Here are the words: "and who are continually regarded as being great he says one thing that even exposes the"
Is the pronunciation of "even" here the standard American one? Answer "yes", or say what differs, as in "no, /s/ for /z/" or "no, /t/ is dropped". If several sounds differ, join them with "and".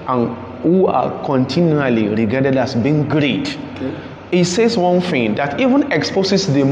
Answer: yes